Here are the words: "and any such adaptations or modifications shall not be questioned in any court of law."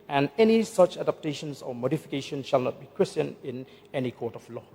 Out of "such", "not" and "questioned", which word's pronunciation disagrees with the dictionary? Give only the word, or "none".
questioned